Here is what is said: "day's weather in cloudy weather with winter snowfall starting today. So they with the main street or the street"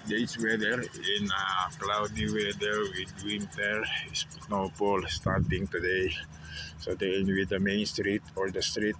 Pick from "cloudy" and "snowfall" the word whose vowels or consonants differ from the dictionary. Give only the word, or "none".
snowfall